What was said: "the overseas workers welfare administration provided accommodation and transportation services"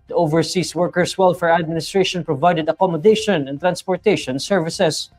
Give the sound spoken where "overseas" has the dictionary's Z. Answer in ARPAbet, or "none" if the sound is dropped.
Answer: S